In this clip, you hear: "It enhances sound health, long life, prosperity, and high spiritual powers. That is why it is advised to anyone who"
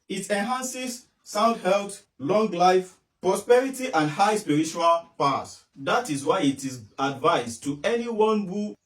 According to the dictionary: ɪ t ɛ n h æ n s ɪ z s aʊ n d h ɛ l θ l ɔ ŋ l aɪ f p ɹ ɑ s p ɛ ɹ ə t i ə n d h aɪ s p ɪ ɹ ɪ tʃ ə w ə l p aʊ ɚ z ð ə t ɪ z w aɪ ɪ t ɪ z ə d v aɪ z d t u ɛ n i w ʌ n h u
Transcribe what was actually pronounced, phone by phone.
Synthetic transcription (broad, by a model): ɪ t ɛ n h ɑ n s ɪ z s aʊ n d h ɛ l t l ɔ ŋ l aɪ f p ɹ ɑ s p ɛ ɹ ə t i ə n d h aɪ s p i ɹ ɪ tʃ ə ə l p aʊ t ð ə t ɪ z w aɪ ɪ t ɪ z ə d v aɪ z t u ɛ n i w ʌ n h u